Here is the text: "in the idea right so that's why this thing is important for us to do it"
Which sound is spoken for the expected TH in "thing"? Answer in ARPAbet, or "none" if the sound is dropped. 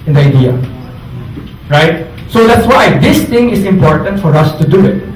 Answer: T